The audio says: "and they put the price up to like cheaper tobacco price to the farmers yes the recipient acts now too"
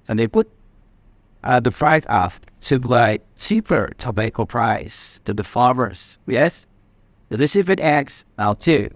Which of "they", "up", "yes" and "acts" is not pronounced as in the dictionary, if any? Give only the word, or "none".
up